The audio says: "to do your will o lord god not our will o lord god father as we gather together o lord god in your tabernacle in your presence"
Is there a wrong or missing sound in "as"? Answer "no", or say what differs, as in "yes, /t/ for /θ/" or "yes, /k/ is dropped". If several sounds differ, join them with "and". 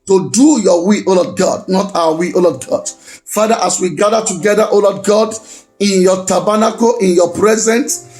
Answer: yes, /s/ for /z/